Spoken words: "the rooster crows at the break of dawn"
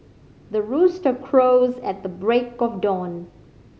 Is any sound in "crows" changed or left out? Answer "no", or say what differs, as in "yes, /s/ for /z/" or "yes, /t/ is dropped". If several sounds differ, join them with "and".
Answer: no